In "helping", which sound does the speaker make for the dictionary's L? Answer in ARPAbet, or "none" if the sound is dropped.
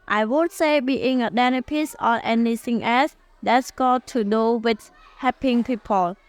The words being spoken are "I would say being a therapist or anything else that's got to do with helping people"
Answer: none